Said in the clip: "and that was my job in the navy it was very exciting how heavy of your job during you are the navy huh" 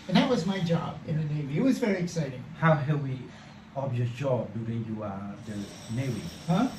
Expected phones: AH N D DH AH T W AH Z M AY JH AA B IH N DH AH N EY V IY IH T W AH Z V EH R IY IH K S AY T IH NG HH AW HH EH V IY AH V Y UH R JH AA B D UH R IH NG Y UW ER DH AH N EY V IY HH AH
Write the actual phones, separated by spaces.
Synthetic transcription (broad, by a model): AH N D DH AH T W AH Z M AY JH AA B IH N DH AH N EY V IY IH T W AH Z V EH R IY IH K S AY T IH NG HH AW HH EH W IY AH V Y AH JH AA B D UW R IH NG Y UW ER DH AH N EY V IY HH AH